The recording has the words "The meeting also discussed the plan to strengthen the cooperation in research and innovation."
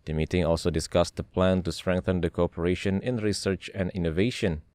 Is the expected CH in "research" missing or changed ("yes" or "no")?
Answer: no